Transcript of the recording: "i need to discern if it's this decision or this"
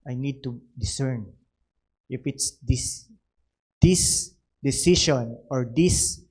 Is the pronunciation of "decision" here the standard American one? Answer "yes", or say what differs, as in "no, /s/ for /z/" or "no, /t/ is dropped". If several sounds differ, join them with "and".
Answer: no, /s/ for /ʒ/